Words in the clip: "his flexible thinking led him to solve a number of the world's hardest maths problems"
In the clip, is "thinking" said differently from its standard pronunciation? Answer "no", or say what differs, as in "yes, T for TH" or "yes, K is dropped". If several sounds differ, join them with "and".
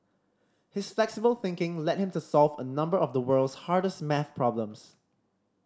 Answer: no